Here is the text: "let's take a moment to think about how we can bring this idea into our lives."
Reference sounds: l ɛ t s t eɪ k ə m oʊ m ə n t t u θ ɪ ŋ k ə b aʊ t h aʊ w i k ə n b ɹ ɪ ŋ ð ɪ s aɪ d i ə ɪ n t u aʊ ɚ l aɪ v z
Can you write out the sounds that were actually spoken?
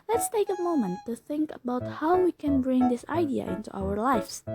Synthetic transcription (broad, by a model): l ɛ t s t eɪ k ə m oʊ m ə n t t u θ ɪ ŋ k ə b aʊ t h aʊ w i k ə n b ɹ ɪ ŋ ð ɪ s aɪ d i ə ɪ n t u aʊ ɚ l aɪ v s